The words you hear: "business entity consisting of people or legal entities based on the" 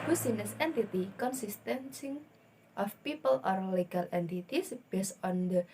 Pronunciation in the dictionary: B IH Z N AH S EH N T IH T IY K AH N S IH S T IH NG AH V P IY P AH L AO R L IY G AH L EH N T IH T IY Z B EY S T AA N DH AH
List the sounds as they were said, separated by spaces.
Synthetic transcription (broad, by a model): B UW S N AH S EH N T IH T IY K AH N S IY S T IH NG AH F P IY P AH L AO R L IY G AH L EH N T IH T IY S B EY S AA N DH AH